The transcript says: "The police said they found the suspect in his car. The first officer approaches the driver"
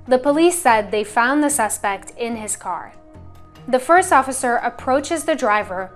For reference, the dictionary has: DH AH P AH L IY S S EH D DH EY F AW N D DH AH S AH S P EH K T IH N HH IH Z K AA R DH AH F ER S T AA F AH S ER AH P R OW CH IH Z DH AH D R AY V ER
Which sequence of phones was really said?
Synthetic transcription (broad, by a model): DH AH P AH L IY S S EH D DH EY F AW N DH AH S AH S P EH K T IH N IH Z K AA R DH AH F ER S T AA F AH S ER AH P R OW CH IH Z DH AH D R AY V ER